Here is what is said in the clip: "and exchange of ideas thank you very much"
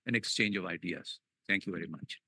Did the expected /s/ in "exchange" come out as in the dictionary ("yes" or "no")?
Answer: yes